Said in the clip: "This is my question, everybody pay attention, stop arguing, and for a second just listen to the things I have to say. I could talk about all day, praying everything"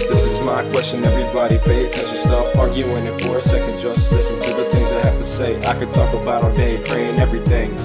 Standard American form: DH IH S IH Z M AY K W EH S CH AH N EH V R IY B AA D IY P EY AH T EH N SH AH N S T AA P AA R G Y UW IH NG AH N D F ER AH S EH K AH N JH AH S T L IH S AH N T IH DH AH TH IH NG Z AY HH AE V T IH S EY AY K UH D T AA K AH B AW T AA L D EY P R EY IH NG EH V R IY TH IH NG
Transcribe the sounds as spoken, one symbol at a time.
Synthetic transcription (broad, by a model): DH IH S IH Z M AY K W EH S CH AH N EH V R IY B AA D IY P EY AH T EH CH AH S T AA F AA R G Y UW IH NG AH F ER AH S EH K AH N JH AH S T L IH S AH N T IH DH AH TH IH NG Z AY HH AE F T IH S EY AY K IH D T AA K AH B AW T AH D EY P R EY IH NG EH V R IY TH IH NG